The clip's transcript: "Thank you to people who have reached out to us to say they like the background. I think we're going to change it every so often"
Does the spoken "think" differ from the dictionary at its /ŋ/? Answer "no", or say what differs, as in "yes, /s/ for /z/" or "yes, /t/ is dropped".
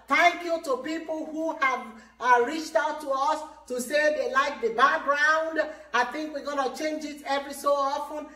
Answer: no